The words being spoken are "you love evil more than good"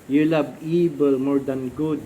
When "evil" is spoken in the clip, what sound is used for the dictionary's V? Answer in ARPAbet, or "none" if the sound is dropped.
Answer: B